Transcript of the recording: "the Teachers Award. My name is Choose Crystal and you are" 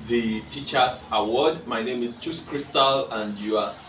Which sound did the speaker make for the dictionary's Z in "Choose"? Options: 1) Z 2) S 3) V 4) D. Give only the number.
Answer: 2